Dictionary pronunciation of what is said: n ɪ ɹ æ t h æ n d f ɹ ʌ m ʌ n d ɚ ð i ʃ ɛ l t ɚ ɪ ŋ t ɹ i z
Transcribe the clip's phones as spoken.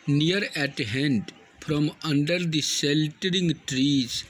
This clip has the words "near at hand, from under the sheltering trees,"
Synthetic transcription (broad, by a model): n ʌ ɹ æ t h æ n d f ɹ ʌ m ʌ n d ɚ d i s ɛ l t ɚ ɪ ŋ t ɹ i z